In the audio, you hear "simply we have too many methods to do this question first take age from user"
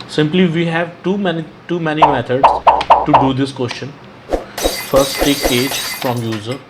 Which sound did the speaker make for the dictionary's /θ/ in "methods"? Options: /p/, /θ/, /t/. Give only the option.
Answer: /t/